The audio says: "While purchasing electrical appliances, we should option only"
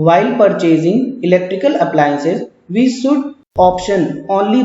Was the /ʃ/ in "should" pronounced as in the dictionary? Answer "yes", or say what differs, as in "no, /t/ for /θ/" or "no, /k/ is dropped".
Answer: no, /s/ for /ʃ/